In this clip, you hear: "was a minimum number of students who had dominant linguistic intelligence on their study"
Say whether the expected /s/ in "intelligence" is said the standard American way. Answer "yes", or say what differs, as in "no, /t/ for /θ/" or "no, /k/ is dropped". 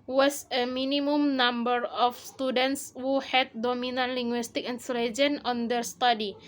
no, /s/ is dropped